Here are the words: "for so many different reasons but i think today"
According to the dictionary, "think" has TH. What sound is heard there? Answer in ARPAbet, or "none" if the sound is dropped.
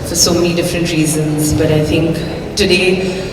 TH